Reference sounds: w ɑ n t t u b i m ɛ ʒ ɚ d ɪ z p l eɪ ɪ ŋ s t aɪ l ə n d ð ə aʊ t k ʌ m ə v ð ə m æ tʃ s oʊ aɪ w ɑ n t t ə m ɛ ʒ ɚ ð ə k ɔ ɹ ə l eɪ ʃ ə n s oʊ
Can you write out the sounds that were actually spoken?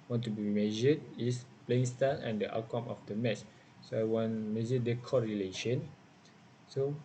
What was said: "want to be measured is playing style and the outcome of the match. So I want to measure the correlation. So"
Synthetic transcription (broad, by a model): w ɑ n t t u b i m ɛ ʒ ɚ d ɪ s p l eɪ ɪ ŋ s t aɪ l ə n d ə t k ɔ m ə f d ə m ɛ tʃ s oʊ aɪ w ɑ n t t m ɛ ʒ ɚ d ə k ɔ ɹ ə l eɪ ʃ ə n s oʊ